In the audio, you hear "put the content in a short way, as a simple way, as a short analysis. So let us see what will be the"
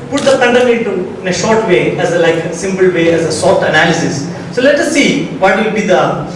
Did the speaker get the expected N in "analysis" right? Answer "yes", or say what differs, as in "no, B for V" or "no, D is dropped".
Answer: yes